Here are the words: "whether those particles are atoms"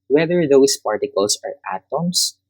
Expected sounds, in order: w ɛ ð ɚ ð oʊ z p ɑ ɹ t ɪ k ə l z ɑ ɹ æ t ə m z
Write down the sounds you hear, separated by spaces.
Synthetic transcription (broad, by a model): w ɛ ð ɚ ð oʊ s p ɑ ɹ t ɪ k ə l s ɑ ɹ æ t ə m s